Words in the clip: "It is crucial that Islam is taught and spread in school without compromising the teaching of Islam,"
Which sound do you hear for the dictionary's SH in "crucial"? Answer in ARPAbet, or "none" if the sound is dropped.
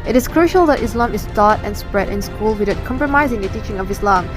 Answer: SH